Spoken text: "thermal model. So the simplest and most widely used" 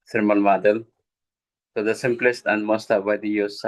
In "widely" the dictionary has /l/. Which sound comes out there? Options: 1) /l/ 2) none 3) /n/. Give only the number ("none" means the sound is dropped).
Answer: 2